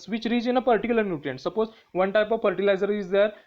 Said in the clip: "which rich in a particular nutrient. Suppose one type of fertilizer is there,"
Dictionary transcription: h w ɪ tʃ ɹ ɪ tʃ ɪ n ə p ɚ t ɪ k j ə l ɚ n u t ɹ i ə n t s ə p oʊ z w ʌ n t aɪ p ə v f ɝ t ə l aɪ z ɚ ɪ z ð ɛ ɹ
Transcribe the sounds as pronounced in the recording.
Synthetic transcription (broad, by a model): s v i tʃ ɹ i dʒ ɪ n ə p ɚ t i k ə l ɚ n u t l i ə n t s ə p oʊ z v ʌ n t aɪ p ə v f ɝ t ə l aɪ z ɚ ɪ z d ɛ ɹ